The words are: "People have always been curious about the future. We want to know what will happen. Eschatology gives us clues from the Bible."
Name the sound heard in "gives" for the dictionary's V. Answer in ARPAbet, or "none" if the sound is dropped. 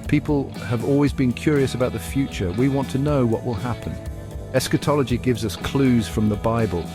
V